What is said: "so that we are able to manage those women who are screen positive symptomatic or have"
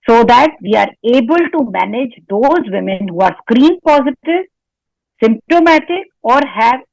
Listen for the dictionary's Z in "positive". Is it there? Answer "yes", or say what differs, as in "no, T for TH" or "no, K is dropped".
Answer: yes